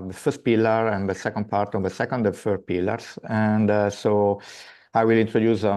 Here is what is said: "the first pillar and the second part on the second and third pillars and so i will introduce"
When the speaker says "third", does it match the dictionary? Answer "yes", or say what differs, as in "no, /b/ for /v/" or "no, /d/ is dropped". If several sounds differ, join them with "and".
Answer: no, /f/ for /θ/